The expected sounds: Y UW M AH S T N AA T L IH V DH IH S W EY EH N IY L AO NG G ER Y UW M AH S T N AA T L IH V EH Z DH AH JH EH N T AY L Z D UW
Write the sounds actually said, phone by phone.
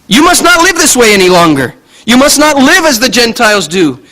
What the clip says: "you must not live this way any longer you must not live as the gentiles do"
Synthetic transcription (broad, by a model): Y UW M AH S T N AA T L IH V DH IH S W EY EH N IY L AO NG G ER Y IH M AH S T N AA T L IH V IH Z DH AH JH EH N T AY L Z D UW